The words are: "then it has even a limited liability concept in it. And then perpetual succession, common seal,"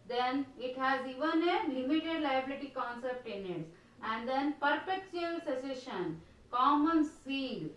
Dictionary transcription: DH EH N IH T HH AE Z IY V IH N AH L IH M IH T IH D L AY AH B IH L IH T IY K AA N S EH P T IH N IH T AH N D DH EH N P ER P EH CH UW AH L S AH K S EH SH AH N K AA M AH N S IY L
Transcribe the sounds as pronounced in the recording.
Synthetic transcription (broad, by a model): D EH N IH T HH AE Z IY V IH N AH L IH M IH T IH D L AY AH B IH L IH T IY K AA N S EH P T IH N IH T AH N D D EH N P ER P EH CH UW AH L S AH S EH SH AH N K AA M AH N S IY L